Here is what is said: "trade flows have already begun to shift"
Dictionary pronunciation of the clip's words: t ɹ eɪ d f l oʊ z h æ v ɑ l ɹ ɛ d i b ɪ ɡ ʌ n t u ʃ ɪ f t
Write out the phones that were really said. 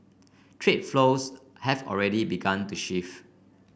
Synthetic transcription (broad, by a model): t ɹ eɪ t f l oʊ s h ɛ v ɑ l ɹ ɛ d i b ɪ ɡ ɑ n t u ʃ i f